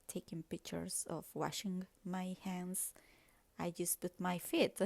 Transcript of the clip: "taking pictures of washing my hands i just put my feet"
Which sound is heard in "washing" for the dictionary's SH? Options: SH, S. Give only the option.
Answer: SH